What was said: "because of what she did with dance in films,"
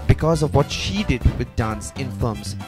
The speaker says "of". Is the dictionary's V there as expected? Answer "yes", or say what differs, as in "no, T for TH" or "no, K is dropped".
yes